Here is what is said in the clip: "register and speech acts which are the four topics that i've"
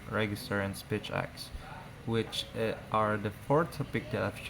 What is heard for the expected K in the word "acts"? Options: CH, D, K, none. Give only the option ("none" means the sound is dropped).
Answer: K